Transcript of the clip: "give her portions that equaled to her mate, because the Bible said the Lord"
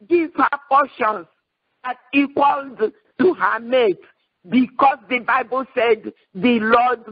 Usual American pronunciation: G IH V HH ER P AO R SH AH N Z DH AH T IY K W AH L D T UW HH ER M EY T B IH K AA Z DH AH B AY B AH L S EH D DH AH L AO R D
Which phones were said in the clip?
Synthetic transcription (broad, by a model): G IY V HH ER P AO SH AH N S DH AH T IY K W AH L D T UW HH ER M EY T B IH K AA S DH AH B AY B AH L S EH D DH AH L AO D